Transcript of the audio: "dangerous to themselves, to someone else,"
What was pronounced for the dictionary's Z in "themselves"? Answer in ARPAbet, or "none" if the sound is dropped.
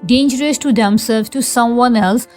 none